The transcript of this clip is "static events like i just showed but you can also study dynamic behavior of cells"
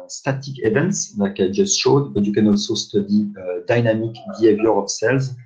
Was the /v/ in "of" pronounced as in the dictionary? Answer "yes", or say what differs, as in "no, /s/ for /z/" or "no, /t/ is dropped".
no, /p/ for /v/